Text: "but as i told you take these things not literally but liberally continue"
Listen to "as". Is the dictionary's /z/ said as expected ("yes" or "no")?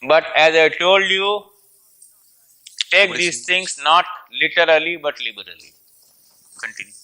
yes